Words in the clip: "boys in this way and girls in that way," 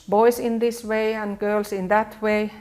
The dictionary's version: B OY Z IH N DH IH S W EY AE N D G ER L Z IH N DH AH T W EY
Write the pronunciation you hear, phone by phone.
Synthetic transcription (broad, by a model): B OY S IH N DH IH S W EY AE N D G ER L S IH N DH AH T W EY